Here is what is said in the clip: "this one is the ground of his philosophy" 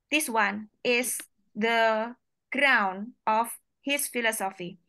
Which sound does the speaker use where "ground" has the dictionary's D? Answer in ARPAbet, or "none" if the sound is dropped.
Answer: none